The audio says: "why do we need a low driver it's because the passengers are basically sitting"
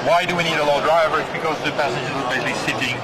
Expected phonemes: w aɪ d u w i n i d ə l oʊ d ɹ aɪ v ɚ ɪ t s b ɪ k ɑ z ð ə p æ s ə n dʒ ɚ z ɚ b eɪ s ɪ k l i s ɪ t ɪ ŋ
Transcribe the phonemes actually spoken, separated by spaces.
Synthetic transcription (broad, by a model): w aɪ d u w i n i d ə l oʊ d ɹ aɪ v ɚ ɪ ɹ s b ɪ k ɑ z ð ə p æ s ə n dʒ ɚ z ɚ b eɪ ɪ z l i s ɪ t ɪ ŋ